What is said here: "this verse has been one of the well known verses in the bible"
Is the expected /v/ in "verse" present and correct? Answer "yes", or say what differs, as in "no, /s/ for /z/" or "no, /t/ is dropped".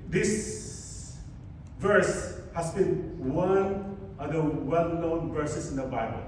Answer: yes